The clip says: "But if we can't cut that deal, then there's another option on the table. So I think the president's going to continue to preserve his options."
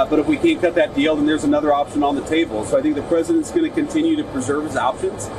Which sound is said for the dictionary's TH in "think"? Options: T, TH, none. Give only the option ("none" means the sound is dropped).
TH